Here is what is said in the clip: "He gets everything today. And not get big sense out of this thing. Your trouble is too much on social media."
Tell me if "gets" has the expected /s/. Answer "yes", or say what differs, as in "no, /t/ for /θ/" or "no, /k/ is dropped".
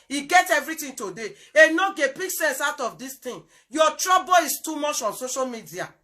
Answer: no, /s/ is dropped